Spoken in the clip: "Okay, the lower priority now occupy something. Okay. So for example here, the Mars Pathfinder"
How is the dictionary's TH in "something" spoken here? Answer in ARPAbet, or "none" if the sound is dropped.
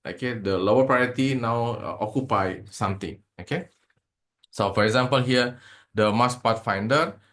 T